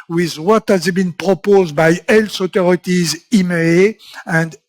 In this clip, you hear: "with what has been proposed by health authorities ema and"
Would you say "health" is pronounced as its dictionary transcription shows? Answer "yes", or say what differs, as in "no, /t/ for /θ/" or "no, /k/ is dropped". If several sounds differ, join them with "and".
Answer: no, /s/ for /θ/